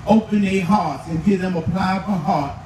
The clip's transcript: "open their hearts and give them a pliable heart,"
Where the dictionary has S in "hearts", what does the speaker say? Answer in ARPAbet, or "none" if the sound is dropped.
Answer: none